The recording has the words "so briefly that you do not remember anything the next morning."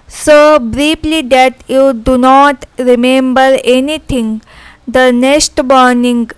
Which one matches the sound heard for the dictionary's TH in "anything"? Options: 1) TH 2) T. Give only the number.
2